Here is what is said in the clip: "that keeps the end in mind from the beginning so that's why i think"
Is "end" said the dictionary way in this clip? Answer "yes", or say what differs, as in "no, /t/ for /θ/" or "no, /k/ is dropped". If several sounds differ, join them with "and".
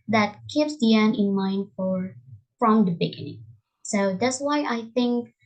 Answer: no, /d/ is dropped